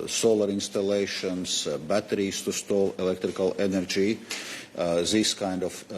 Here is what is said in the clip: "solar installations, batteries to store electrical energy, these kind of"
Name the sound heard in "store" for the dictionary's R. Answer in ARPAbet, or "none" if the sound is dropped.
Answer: L